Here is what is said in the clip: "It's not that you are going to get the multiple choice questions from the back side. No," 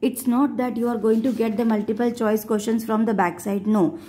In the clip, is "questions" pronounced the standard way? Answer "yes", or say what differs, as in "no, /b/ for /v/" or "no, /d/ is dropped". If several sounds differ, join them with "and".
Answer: no, /ʃ/ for /tʃ/ and /s/ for /z/